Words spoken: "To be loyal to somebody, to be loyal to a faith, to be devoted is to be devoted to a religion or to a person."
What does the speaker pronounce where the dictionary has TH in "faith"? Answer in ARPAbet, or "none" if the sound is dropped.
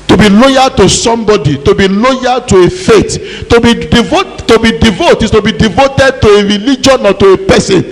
T